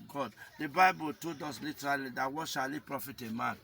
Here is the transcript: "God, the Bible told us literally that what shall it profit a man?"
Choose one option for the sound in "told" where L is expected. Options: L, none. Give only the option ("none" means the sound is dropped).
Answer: none